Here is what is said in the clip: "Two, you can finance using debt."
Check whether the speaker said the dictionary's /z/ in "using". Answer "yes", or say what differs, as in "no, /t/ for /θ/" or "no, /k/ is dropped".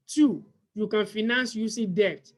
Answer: no, /s/ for /z/